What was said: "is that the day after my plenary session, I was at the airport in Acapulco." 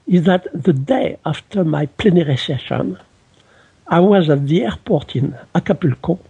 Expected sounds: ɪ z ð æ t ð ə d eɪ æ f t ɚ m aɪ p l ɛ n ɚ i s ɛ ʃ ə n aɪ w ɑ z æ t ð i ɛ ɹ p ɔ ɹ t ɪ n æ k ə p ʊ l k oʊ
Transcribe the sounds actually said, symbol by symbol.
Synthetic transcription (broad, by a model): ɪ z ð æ t ð ə d eɪ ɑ f t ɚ m aɪ p l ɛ n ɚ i s ɛ ʃ ə n aɪ w ɑ z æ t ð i ɛ ɹ p ɔ ɹ t ɪ n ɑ k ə p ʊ l k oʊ